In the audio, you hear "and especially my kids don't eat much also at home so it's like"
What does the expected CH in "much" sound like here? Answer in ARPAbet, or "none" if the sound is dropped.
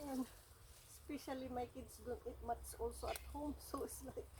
S